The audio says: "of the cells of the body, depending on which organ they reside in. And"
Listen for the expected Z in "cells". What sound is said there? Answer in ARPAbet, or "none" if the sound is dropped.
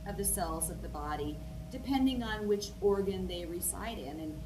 Z